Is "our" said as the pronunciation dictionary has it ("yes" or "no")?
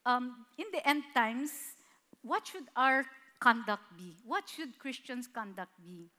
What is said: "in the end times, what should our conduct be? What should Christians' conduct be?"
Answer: yes